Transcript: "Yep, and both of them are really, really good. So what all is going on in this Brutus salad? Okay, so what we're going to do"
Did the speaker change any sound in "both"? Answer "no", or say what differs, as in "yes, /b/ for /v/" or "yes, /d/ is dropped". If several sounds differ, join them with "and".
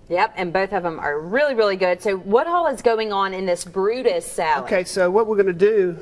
no